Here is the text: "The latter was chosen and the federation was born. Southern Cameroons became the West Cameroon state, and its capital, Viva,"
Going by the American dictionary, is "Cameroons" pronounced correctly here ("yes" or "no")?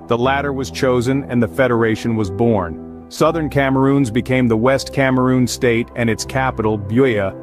yes